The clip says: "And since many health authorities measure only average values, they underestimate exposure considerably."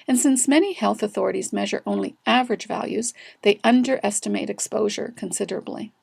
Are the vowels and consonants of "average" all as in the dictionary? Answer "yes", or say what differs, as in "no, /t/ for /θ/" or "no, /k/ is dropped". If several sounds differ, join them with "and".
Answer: yes